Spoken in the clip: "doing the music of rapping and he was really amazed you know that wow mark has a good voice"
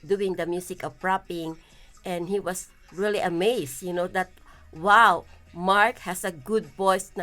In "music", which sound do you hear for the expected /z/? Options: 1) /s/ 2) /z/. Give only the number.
1